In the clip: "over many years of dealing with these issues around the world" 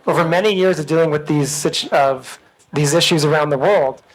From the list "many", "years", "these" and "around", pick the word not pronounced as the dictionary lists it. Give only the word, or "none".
none